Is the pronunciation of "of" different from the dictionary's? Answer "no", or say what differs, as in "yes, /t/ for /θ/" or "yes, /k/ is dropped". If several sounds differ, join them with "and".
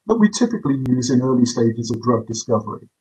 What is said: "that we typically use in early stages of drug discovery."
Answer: no